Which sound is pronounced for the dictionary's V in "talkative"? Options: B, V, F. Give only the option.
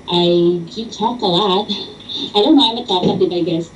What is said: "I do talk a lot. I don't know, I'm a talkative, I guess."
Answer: B